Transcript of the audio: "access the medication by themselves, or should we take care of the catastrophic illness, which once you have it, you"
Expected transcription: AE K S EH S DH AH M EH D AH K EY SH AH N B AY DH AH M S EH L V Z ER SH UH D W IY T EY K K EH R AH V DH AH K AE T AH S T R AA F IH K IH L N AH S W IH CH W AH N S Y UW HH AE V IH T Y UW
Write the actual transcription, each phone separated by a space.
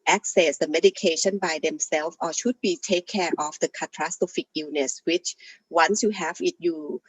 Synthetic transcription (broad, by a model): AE K S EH S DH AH M EH D AH K EY SH AH N B AY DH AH M S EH L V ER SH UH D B IY T EY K K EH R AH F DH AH K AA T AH S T AO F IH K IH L N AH S W IH CH W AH N S Y UW HH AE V IH T Y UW